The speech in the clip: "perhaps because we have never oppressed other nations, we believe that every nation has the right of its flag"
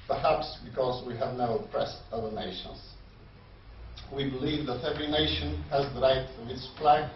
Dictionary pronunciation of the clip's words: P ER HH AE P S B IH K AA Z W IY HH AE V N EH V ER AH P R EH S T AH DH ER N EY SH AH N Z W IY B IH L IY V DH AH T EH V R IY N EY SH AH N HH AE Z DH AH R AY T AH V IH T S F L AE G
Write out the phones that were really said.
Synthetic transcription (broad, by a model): P ER HH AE P S B IH K AA Z W IY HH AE V N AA UH AH P R EH S T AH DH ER N EY SH AH N Z W IY B IH L IY V DH AH T EH V R IY N EY SH AH N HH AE Z DH AH R AY T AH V IH T S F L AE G